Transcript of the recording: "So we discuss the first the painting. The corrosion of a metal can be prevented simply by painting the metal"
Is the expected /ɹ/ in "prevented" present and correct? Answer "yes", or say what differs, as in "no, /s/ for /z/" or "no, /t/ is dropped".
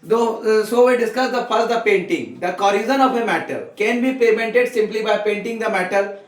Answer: no, /ɹ/ is dropped